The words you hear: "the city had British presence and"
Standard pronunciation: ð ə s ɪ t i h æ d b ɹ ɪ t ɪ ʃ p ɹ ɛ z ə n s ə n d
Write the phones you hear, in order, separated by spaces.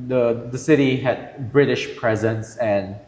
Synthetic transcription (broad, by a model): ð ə s ɪ t i h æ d b ɹ ɪ t ɪ ʃ p ɹ ɛ z ə n s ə n